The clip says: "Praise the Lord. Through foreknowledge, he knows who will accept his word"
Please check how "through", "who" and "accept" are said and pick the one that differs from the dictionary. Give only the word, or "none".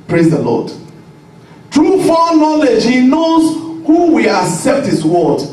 through